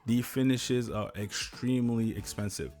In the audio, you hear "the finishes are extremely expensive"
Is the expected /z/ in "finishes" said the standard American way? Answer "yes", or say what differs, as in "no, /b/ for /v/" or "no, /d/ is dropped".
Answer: yes